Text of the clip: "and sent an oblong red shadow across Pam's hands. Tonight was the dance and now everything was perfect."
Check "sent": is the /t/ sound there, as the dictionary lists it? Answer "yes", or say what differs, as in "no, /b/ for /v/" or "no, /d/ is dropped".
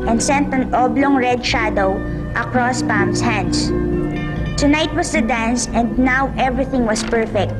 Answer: yes